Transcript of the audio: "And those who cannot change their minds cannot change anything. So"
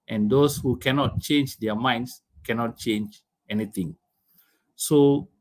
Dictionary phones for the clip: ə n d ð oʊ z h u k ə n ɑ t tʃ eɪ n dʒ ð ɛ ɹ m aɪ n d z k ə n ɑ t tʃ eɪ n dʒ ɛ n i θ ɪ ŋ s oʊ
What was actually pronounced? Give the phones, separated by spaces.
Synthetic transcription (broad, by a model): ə n d oʊ s h u k ə n ɑ t tʃ eɪ n dʒ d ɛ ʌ m aɪ n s k ə n ɑ t tʃ eɪ n dʒ ɛ n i t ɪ ŋ s oʊ